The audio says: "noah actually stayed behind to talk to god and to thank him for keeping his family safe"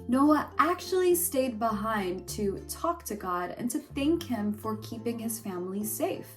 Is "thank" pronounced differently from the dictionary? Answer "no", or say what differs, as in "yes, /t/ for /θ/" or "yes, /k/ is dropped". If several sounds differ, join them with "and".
no